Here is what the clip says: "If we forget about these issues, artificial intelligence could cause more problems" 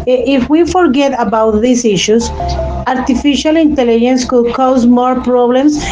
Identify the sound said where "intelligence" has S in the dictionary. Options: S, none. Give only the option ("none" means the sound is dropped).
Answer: S